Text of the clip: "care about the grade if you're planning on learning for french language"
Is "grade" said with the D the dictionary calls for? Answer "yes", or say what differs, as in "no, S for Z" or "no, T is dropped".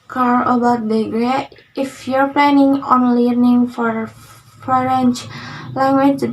no, D is dropped